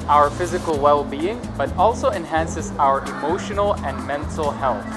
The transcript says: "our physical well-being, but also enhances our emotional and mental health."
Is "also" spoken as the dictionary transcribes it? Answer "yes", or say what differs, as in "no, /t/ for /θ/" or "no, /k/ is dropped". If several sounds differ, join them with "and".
yes